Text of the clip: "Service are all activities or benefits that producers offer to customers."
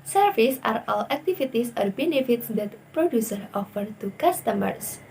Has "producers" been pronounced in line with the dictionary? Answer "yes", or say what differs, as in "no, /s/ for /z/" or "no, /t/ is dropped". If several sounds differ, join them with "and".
no, /z/ is dropped